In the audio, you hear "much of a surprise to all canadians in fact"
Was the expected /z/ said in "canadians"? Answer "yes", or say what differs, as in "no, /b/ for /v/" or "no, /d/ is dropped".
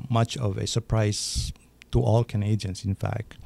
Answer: no, /s/ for /z/